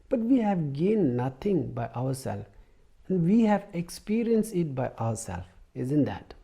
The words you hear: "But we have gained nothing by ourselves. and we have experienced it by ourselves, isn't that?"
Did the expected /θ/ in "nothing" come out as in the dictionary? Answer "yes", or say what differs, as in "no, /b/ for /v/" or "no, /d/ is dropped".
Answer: no, /t/ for /θ/